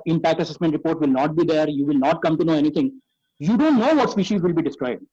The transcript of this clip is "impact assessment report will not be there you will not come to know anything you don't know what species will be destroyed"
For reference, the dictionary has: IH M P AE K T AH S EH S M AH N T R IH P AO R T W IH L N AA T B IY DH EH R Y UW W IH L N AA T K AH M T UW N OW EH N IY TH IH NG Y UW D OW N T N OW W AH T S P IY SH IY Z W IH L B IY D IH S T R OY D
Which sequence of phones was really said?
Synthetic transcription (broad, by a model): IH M P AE K T AH S EH S M AH N T R IH P AO R T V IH L N AA T B IY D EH R Y UW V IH L N AA T K AH M T UW N OW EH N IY T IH NG Y UW D OW N T N OW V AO T S P IY SH IY Z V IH L B IY D IH S T R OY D